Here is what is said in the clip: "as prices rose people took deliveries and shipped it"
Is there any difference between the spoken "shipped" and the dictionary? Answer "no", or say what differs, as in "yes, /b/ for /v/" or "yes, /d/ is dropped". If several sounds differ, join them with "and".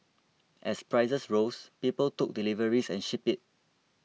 yes, /t/ is dropped